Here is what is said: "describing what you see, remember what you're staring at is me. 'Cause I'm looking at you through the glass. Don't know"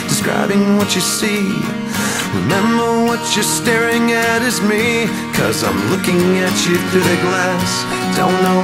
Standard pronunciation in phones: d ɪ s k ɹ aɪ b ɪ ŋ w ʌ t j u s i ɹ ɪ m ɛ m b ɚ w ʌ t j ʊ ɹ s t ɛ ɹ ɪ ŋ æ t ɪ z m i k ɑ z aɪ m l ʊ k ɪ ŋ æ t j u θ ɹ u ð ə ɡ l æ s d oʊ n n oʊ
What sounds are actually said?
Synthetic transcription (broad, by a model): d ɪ s k ɹ aɪ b ɪ ŋ w ʌ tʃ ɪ s i ɹ ɪ m ɛ m b ɚ w ʌ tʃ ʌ ɹ s t ɛ ɹ ɪ ŋ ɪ t ɪ z m i k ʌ z aɪ m l ʊ k ɪ ŋ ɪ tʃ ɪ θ u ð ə ɡ l æ s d oʊ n n oʊ